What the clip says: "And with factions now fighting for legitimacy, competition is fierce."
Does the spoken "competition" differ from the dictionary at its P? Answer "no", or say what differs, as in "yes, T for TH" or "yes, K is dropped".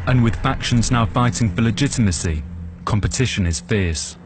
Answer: no